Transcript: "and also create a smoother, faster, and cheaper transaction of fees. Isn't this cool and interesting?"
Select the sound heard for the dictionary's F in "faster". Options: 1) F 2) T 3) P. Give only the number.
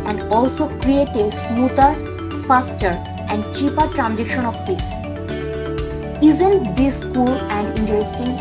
3